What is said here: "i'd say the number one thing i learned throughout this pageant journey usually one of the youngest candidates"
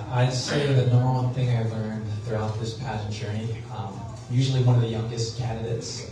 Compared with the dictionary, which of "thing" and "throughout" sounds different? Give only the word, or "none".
none